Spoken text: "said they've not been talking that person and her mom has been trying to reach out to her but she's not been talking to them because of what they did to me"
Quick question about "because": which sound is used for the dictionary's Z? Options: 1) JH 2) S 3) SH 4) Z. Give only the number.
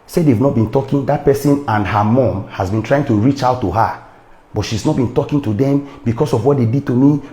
2